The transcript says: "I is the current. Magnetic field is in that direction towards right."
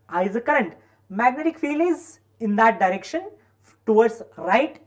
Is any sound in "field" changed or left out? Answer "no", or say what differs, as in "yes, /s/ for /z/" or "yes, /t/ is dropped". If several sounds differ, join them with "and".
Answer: yes, /d/ is dropped